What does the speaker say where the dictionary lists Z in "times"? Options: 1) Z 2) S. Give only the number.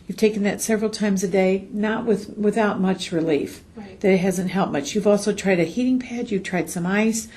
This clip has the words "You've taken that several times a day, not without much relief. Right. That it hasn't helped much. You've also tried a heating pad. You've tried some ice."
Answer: 1